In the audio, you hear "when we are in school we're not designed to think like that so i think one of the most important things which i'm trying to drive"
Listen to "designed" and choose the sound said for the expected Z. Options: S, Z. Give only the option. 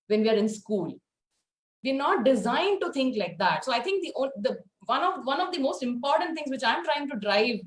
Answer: Z